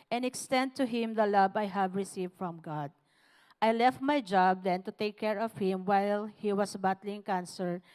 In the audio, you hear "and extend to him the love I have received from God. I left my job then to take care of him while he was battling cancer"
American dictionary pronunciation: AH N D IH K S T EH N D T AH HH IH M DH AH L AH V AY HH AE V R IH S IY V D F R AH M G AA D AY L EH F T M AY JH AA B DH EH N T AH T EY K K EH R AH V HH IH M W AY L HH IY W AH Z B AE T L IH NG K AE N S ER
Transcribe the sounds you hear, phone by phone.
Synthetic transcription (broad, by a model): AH N IH K S T EH N D T AH HH IH M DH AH L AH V AY HH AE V R IH S IY V D F R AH M G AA D AY L EH F T M AY JH AA B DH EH N T AH T EY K K EH R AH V HH IH M W AY L HH IY W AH S B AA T L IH NG K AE N S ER